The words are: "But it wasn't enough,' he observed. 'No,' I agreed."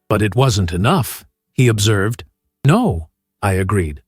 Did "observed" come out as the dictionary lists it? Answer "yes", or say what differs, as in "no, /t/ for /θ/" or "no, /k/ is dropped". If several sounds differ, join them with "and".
yes